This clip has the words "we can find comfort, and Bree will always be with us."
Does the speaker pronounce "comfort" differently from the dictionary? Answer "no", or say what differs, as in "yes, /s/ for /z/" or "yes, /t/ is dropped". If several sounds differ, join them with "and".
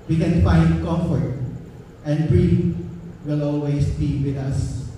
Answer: yes, /m/ is dropped